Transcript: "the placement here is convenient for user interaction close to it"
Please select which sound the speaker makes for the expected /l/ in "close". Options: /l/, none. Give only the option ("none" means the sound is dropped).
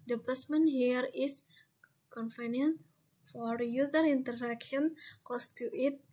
none